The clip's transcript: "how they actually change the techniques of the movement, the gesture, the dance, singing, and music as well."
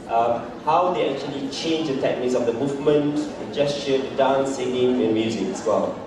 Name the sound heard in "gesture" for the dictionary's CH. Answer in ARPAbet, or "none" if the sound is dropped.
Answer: SH